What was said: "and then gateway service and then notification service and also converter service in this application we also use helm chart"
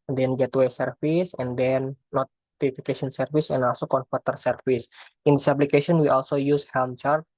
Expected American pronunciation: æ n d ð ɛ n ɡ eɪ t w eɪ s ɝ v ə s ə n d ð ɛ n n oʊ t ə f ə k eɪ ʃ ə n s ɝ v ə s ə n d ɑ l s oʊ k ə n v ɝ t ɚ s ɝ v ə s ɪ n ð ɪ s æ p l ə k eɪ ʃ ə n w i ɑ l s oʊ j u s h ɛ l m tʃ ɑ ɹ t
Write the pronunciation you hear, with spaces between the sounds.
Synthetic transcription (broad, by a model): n d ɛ n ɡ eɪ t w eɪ s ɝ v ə s ə n d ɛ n n oʊ t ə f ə k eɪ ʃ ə n s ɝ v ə s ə n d ɑ l s oʊ k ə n p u t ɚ s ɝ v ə s ɪ n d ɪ s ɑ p l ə k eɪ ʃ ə n w i ɑ l s oʊ j u s h ɛ l m tʃ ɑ ɹ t